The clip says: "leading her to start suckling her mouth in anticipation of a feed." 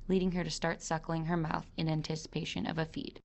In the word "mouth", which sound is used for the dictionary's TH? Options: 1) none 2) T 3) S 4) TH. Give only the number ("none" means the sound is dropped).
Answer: 4